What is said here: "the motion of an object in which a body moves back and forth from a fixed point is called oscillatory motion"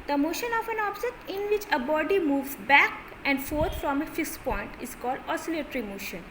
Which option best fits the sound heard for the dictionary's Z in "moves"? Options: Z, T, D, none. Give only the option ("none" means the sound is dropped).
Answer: none